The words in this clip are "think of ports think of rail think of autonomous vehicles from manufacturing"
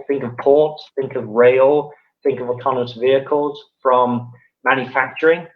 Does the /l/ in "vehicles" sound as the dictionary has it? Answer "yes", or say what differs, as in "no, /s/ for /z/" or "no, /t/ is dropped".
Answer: yes